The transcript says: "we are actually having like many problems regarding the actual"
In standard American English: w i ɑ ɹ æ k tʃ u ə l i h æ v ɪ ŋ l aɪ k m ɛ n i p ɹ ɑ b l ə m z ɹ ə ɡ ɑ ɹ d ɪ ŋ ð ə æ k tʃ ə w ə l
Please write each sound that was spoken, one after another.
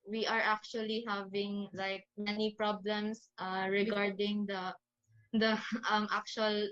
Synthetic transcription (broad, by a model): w i ɑ ɹ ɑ k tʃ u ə l i h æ v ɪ ŋ l aɪ k m ɛ n i p ɹ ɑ b l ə m s ɹ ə ɡ ɑ ɹ d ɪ ŋ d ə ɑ k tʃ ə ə l